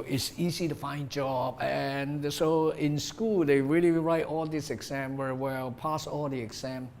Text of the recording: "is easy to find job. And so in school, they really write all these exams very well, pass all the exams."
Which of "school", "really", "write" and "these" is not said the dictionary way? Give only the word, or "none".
these